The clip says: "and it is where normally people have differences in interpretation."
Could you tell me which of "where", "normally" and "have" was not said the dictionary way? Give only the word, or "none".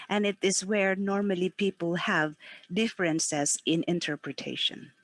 none